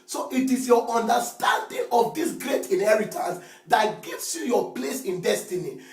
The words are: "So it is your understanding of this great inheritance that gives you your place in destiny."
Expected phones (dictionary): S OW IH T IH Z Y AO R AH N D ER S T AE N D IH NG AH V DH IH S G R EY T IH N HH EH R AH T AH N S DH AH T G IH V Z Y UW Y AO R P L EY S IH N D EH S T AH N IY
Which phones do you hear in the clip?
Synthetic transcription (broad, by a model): S OW IH T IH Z Y AO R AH N D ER S T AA N D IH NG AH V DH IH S G R EY T IH N HH EH R AH T AH N S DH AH T G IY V S Y UW Y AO P L EY S IH N D EH S T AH N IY